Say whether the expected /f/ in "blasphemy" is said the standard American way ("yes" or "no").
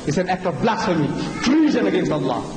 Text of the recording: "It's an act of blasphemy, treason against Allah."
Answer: no